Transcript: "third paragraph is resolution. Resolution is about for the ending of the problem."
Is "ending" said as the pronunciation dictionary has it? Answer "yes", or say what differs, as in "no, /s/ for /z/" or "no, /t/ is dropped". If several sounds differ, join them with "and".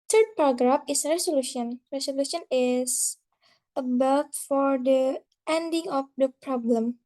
yes